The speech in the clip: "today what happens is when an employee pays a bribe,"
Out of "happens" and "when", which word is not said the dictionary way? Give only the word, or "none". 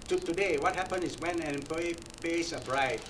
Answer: happens